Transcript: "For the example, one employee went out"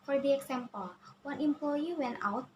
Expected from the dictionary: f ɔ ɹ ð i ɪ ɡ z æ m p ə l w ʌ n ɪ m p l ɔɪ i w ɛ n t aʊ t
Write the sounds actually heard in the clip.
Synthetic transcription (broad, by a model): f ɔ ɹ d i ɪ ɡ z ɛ m p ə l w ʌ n ɪ m p l ɔɪ i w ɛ n aʊ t